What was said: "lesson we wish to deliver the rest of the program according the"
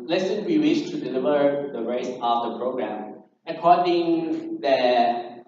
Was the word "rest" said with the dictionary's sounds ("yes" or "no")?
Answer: no